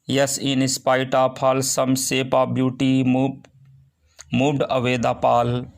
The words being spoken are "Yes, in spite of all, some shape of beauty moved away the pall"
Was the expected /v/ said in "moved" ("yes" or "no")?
no